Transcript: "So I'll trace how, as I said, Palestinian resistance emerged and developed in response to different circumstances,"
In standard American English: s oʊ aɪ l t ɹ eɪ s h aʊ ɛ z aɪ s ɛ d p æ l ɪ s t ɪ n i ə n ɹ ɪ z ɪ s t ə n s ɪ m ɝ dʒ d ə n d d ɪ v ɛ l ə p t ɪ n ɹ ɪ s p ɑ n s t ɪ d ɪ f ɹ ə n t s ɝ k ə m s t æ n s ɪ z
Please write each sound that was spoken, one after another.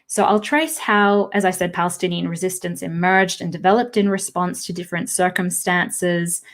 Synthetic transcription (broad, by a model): s oʊ aɪ l t ɹ eɪ s h aʊ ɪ z aɪ s ɛ d p æ l ɪ s t ɪ n i ə n ɹ ɪ z ɪ s t ə n s ɪ m ɝ dʒ d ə n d d ɪ v ɛ l ə p t ɪ n ɹ ɪ s p ɑ n s t ɪ d ɪ f ɹ ə n t s ɝ k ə m s t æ n s ɪ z